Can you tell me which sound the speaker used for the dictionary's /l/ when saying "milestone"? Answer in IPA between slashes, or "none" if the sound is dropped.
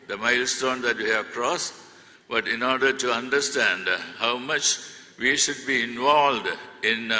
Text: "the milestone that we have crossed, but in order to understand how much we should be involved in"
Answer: /l/